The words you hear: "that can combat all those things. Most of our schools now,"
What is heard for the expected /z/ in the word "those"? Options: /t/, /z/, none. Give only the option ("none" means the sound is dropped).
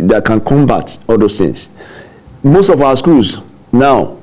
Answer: none